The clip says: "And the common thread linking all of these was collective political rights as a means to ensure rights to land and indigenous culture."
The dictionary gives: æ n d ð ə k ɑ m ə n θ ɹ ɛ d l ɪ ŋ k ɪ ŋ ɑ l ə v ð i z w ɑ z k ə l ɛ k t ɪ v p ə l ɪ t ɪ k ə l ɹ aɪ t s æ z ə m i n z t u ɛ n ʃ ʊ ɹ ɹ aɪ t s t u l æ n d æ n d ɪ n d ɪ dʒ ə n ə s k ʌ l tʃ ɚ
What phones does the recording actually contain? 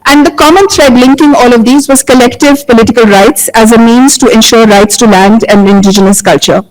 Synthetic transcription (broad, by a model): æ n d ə k ɑ m ə n t ɹ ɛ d l ɪ ŋ k ɪ ŋ ɑ l ə v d i z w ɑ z k ə l ɛ k t ɪ v p ə l ɪ t ɪ k ə l ɹ aɪ t s æ z ə m i n z t u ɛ n ʃ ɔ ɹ ɹ aɪ t s t u l æ n d æ n d ɪ n d ɪ dʒ ə n ə s k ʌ l tʃ ɚ